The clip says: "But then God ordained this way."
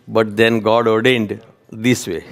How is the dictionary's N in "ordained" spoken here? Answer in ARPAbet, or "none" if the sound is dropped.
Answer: N